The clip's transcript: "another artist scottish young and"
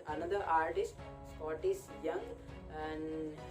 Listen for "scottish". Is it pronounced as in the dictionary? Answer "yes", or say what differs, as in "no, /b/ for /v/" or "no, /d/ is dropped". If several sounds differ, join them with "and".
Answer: no, /s/ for /ʃ/